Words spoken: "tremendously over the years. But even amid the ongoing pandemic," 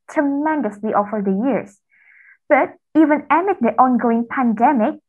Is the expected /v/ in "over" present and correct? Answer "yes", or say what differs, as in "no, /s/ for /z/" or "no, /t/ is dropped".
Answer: no, /f/ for /v/